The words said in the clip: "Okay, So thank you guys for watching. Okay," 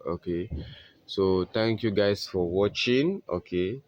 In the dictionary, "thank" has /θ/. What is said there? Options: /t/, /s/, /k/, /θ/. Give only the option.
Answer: /t/